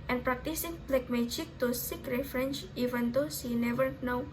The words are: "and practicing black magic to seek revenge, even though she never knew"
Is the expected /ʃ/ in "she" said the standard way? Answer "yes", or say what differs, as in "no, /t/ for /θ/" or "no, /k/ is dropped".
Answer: no, /s/ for /ʃ/